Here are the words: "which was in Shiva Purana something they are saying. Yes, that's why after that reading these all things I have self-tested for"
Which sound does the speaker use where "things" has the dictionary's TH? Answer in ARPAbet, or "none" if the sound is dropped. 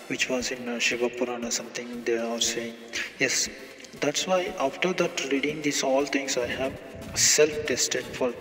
T